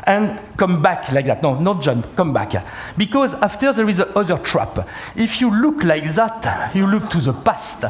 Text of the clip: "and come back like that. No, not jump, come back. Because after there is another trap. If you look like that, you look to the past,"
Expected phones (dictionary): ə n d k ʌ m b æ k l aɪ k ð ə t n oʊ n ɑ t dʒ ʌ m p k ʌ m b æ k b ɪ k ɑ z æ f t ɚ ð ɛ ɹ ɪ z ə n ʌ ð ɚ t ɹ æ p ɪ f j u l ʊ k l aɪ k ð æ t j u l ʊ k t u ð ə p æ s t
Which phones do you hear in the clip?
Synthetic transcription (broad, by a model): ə n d k ʌ m b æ k l aɪ k ð ə t n oʊ n ɑ t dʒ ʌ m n k ʌ m b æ k b ɪ k ɑ z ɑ f t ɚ ð ɛ ɹ ɪ z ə ʌ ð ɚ t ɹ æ p ɪ f j u l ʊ k l aɪ k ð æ t j u l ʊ k t u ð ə p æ s t